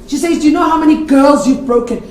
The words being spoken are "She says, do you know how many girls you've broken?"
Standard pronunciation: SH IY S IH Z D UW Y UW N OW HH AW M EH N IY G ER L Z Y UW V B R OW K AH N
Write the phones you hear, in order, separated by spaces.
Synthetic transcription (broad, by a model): SH IY S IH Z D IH Y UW N OW HH AW M EH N IY G ER L Z Y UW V B R OW K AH N